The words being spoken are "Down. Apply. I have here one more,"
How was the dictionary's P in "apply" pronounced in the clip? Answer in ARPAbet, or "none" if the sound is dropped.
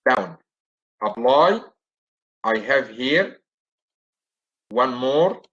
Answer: B